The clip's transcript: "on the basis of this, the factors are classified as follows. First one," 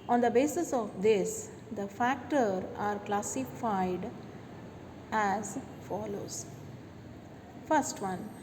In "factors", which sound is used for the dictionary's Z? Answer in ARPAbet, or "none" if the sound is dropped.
none